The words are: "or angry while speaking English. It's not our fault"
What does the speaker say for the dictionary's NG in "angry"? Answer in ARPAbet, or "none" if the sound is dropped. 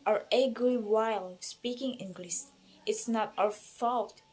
none